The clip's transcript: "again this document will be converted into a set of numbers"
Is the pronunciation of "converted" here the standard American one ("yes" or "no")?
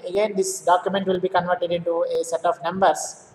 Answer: yes